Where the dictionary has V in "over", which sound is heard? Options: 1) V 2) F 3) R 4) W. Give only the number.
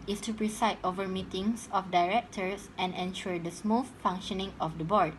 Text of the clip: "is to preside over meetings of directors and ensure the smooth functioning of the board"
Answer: 1